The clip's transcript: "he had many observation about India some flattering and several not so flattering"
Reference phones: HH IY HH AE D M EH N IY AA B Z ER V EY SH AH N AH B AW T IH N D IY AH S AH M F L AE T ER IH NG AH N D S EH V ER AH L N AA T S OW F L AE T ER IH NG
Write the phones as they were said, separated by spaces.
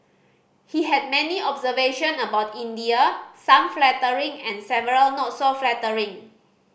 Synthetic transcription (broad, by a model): HH IY HH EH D M EH N IY AA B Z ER V EY SH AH N AH B AW T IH N D IY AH S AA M F L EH T ER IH NG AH N S EH V ER AH L N AA T S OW F L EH T ER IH NG